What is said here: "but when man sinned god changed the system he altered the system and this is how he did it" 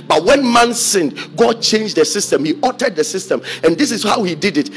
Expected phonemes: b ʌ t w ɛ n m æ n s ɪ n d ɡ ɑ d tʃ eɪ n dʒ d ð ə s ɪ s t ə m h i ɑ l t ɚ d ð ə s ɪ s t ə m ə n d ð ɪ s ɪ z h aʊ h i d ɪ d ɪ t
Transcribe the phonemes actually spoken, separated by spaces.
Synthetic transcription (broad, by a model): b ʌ t w ɛ n m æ n s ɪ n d ɡ ɑ d tʃ eɪ n dʒ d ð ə s ɪ s t ə m h i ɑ t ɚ d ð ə s ɪ s t ə m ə n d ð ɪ s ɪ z h aʊ h i d ɪ d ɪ t